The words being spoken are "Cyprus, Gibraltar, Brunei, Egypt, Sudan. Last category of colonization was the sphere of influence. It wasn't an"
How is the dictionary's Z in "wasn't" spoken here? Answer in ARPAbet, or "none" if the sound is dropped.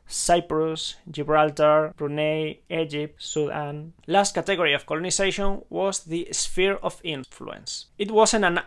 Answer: S